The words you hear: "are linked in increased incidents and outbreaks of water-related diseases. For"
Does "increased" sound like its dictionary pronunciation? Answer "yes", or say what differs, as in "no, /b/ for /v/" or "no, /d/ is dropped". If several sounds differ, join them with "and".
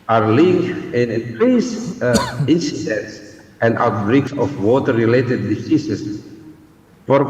no, /t/ is dropped